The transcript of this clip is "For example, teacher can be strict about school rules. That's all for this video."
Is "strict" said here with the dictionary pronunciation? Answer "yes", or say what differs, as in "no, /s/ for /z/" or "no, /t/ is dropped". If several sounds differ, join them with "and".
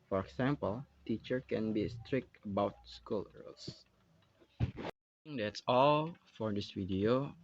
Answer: yes